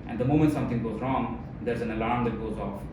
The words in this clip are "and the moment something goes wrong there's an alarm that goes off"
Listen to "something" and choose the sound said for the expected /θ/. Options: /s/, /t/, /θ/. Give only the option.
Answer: /t/